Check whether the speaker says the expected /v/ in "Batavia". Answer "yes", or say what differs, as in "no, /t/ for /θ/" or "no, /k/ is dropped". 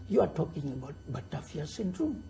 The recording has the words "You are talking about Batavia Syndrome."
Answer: no, /f/ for /v/